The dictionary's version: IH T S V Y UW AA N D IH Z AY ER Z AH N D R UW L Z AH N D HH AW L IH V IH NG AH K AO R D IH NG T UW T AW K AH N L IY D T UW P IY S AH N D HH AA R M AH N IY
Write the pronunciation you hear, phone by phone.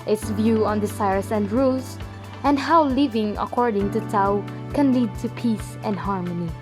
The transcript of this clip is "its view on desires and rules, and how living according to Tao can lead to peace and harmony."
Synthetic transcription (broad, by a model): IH T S V Y UW AA N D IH S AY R S AH N D R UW L S AH N D HH AW L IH V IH NG AH K AO R D IH NG T UW T AW K AH N L IY D T UW P IY S AH N D HH AA R M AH N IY